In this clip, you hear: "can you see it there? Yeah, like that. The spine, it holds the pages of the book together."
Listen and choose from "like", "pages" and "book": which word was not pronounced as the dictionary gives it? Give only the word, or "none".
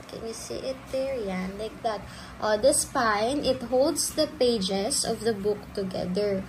pages